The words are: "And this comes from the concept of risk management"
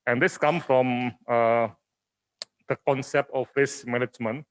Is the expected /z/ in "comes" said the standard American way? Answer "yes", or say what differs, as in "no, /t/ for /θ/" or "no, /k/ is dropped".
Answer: no, /z/ is dropped